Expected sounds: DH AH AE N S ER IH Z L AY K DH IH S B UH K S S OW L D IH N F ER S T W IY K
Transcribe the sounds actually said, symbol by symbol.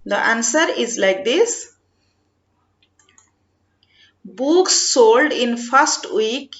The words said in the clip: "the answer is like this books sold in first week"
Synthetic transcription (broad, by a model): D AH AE N S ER IH Z L AY K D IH S B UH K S S OW L D IH N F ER S T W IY K